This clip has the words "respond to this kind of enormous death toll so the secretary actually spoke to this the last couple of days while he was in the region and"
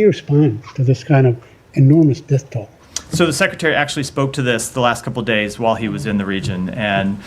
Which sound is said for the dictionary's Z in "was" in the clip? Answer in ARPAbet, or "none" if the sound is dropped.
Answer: Z